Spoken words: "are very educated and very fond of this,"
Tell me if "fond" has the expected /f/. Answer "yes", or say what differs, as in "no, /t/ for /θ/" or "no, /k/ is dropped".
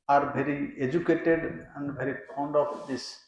no, /p/ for /f/